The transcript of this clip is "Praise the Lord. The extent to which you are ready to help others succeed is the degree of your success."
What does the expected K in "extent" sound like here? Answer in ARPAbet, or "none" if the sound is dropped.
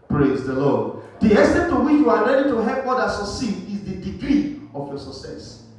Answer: none